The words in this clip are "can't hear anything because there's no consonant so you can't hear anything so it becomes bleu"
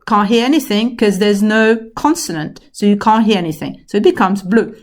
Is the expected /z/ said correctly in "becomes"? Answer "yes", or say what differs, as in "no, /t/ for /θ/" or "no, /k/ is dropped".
yes